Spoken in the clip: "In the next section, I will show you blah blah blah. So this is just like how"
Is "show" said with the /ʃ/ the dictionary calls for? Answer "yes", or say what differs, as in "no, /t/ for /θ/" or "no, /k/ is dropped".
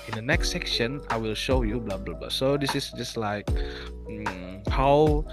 yes